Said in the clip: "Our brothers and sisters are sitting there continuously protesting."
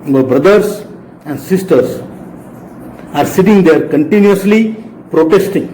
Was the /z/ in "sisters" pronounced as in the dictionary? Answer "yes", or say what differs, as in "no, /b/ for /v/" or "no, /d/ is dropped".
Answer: no, /s/ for /z/